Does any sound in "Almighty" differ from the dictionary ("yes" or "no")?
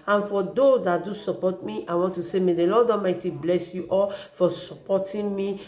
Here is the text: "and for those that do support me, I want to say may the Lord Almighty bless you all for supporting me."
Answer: yes